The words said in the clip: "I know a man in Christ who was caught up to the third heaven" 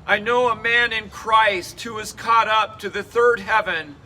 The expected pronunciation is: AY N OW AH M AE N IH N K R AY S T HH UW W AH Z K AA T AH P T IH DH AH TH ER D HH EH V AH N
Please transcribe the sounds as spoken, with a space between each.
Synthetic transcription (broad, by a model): AY N OW AH M AE N IH N K R AY S T HH UW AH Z K AA T AH P T IH DH AH TH ER D HH EH V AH N